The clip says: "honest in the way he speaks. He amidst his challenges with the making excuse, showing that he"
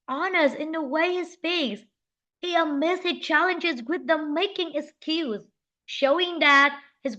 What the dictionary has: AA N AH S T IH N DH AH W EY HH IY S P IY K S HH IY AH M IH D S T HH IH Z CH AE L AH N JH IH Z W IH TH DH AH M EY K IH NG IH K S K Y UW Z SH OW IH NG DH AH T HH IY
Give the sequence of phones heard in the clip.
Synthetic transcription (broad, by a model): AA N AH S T IH N DH AH W EY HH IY S P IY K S HH IY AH M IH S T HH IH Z CH AE L AH N JH IH Z W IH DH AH M EY K IH NG IH K S K Y UW Z SH OW IH NG DH AH T HH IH